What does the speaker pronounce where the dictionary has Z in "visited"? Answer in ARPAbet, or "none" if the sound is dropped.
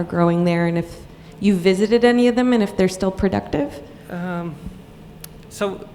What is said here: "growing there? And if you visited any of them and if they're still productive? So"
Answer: Z